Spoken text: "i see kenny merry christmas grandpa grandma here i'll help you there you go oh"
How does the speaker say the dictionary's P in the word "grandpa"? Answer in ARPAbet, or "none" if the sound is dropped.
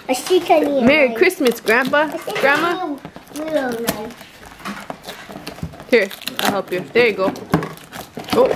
B